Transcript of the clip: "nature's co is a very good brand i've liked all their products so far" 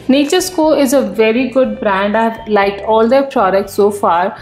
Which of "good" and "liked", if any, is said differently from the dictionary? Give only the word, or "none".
liked